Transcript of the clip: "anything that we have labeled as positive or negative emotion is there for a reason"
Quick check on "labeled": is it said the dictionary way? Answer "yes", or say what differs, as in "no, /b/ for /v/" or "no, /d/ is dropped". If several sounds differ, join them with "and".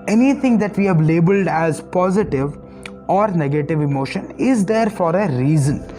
yes